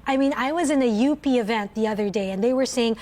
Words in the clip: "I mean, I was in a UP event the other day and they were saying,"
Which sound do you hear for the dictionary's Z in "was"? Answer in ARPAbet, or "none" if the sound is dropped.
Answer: Z